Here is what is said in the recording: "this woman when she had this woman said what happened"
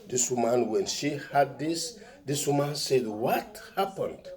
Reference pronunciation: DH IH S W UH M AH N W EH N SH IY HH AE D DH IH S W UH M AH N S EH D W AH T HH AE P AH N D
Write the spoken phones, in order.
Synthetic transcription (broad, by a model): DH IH S W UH M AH N W EH N SH IY HH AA D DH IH S W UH M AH N S EH D W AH T HH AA P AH N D